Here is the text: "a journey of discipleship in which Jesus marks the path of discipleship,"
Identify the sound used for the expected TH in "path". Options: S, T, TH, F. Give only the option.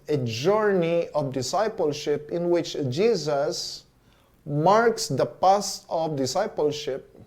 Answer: S